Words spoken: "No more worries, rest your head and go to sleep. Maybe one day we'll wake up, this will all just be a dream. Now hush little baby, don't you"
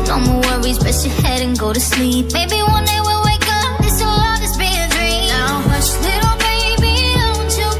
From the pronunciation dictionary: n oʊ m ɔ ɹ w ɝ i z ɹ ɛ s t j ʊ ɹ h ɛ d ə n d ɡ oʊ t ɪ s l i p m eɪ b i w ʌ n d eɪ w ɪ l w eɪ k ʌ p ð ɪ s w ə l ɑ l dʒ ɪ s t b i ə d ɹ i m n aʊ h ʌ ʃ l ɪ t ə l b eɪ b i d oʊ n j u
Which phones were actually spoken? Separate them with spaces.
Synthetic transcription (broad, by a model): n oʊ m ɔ w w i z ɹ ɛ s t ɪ h ɛ d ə n ɡ oʊ t ɪ s l i p m eɪ b i w ʌ n d eɪ w ɪ l w eɪ k ʌ p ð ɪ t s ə l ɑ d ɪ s b i ə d ɹ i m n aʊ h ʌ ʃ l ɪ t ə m eɪ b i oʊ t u